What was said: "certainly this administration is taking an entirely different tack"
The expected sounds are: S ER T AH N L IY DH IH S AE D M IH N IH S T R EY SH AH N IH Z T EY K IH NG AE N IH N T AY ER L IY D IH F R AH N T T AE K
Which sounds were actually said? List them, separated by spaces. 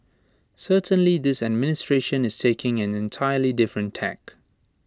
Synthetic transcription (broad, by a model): S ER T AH N L IY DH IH S AE D M IH N IH S T R EY SH AH N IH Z T EY K IH NG AE N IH N T AY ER L IY D IH F R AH N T T AE K